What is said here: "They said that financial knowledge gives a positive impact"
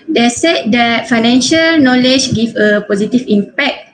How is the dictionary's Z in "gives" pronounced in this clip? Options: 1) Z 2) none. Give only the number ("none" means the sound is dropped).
2